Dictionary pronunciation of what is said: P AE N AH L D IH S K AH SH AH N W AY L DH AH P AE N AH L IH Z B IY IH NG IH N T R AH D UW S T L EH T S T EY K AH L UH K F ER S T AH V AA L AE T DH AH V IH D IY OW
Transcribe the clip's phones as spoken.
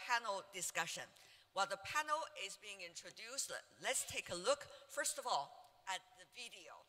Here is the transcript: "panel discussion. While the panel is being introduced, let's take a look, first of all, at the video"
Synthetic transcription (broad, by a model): P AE N L D IH S K AH SH AH N W AY L DH AH P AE N L IH Z B IY IH NG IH N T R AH D UW S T L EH T S T EY K AH L UH K F ER S T AH V AA L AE T DH AH V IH D IY OW